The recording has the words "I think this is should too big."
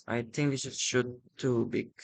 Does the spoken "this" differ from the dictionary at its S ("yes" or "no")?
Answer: yes